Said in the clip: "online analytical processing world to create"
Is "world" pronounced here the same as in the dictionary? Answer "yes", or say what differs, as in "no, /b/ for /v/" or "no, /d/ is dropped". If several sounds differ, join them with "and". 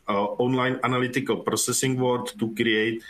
no, /l/ is dropped